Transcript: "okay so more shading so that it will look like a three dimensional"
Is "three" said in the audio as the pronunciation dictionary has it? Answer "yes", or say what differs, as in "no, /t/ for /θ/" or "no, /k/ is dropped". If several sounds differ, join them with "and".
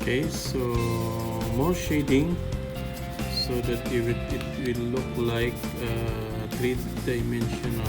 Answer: no, /t/ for /θ/